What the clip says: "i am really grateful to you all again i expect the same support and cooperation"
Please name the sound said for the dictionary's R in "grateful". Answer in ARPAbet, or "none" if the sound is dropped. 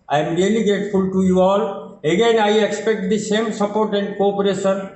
none